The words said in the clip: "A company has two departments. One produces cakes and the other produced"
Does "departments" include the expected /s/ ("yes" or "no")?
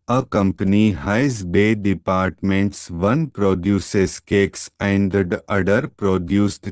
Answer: yes